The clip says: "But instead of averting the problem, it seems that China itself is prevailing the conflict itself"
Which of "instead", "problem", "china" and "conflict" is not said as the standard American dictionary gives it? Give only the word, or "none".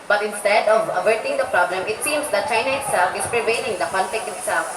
conflict